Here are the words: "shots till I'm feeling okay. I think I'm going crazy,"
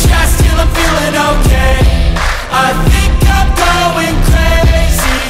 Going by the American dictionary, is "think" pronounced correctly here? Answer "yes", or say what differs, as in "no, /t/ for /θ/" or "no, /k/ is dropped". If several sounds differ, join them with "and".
yes